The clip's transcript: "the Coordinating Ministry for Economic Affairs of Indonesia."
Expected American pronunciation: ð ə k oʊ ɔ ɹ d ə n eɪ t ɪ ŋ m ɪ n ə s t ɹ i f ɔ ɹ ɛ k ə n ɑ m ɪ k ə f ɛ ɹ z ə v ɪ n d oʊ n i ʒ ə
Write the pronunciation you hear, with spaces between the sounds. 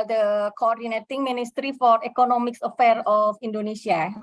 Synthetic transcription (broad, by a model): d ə k oʊ ɔ ɹ d ə n eɪ t ɪ ŋ m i n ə s t ɹ i f ɔ ɹ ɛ k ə n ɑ m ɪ k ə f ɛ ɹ ə f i n d oʊ n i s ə